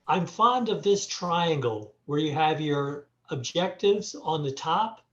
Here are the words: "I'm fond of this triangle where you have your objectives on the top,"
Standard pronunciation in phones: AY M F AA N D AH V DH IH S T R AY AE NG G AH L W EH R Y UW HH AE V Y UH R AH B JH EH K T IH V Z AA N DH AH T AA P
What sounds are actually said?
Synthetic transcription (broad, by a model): AY M F AA N D AH V DH IH S T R AY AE NG G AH L W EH R Y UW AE V Y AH R AH B JH EH K T IH V Z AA N DH AH T AA P